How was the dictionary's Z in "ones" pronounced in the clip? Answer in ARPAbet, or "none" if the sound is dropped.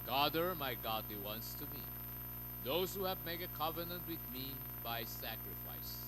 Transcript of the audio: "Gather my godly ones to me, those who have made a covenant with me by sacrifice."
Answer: S